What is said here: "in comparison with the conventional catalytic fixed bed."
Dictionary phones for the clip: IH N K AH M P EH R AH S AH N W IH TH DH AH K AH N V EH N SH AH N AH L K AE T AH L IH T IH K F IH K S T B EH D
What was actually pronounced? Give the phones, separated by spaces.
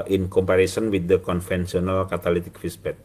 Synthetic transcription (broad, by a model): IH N K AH M P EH R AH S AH N W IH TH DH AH K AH N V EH N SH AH N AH L K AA T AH L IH T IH K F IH S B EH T